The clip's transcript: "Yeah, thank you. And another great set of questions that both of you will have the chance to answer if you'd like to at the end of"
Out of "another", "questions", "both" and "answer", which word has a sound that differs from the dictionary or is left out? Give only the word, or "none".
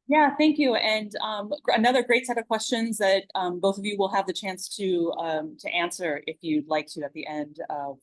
none